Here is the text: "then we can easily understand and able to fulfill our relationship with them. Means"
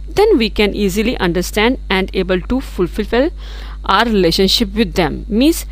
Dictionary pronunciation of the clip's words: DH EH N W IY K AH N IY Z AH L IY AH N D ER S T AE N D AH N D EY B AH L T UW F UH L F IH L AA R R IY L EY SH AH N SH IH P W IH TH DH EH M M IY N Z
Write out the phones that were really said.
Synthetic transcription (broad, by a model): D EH N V IY K AH N IY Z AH L IY AH N D ER S T AE N D AH N D EY B AH L T UW F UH L F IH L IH L R IY L EY SH AH N SH IH P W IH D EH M M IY N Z